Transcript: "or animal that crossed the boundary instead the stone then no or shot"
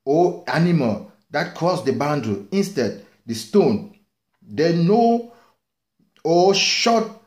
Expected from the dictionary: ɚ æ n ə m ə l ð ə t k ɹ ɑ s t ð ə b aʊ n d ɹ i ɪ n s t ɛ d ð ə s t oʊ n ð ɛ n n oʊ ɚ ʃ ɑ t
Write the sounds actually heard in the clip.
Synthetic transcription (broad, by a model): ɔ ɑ n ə m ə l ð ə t k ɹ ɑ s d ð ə b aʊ n d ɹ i ɪ n s t ɛ d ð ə s t oʊ n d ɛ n n oʊ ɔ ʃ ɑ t